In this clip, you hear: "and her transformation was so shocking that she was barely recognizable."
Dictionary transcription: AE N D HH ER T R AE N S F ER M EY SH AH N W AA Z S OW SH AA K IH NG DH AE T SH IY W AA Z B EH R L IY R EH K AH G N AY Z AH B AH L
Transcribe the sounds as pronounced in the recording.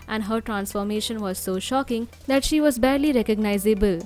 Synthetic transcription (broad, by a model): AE N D HH ER T R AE N S F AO M EY SH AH N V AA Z S OW SH AA K IH NG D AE T SH IY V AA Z B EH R L IY R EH K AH G N AY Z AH B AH L